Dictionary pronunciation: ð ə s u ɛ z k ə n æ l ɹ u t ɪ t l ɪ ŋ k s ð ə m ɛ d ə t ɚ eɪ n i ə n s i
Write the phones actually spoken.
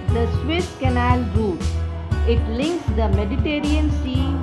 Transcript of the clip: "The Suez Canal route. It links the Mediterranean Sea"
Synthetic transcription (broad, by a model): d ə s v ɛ s k ə n æ l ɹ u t ɪ t l ɪ ŋ k s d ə m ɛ d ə t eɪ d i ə n s i